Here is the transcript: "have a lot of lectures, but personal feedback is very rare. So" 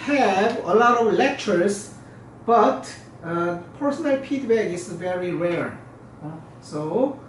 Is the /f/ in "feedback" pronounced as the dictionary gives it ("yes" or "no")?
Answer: no